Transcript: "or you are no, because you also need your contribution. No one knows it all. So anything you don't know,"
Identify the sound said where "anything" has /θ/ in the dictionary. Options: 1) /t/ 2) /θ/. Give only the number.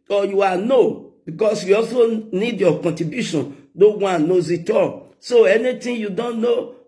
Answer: 1